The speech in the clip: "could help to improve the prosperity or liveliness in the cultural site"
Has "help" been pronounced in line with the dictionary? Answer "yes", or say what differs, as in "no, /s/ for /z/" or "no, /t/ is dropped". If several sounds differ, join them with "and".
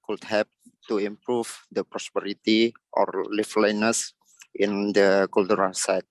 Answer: no, /l/ is dropped